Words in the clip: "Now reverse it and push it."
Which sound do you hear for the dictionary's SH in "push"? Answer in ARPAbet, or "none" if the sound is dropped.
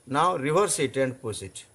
S